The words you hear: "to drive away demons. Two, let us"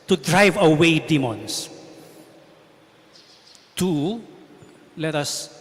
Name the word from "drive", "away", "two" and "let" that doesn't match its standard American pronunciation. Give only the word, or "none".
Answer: none